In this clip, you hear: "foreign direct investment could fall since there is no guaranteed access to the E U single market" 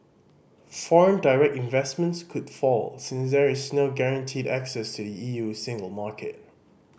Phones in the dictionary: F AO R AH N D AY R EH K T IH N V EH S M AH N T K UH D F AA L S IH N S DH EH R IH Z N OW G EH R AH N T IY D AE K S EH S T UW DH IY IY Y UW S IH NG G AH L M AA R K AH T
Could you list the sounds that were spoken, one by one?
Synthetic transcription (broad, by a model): F AO R AH N D AY R EH K T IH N V EH S M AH N T K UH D F AA L S IH N S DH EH R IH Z N OW G EH R AH N T IY D AE K S EH S T UW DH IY IY Y UW S IH NG G AH L M AA K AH T